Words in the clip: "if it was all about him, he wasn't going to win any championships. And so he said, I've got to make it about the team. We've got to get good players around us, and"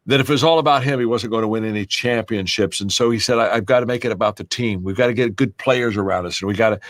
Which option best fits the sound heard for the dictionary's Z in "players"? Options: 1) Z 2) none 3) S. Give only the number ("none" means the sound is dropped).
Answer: 1